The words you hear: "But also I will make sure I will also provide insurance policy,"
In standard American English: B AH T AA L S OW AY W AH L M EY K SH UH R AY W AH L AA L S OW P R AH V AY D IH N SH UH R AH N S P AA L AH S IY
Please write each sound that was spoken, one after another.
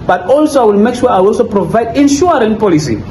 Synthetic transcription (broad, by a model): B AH T AA L S OW AY W AH L M EY K SH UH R AY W AA L S OW P R AH V AY D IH N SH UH R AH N P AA L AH S IY